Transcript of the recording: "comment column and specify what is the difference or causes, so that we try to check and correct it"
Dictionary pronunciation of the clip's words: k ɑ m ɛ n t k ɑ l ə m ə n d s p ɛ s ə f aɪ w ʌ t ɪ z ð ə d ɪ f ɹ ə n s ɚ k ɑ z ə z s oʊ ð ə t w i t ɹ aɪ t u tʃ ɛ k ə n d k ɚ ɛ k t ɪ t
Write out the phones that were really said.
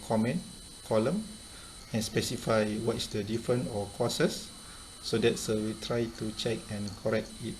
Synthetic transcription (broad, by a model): k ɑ m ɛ n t k ɑ l ə m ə n s p ɛ s ə f aɪ w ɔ t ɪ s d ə d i f ɹ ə n ɔ k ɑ s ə s oʊ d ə t w i t ɹ aɪ t u tʃ ɛ k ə n k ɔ ɛ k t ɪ t